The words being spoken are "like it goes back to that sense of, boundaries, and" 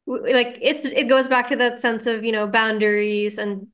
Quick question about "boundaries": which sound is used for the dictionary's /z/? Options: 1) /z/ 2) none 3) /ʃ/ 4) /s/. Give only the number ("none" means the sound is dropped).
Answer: 1